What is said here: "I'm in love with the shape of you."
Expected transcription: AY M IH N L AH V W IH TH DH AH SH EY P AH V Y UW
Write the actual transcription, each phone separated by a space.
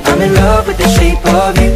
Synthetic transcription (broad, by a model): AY M IH N L AH V W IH DH AH SH EY P AH V Y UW